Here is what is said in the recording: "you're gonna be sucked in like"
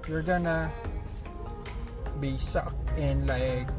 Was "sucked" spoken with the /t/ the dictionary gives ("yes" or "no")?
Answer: no